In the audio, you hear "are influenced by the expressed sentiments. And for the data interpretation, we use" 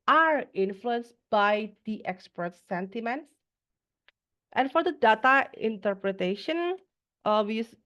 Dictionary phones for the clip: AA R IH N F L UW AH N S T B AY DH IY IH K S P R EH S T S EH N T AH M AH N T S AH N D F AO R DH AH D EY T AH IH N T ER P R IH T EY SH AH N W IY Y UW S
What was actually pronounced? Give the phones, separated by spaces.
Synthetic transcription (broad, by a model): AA R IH N F L UW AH N S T B AY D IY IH K S P AH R T S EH N T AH M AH N T S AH N F AO R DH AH D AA T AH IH N T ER P R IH T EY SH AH N W IY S